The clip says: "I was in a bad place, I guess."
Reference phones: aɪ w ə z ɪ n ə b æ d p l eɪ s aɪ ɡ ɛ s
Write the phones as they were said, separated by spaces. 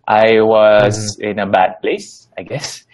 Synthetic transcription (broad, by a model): aɪ w ə z ɪ n ə b æ d p l eɪ s aɪ ɡ ɛ s